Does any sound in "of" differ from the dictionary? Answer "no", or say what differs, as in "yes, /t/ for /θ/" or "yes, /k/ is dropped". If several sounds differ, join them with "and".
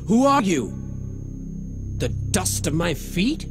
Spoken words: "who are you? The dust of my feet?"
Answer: no